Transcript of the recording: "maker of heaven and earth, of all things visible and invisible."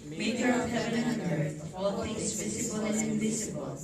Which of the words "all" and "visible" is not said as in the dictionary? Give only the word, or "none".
visible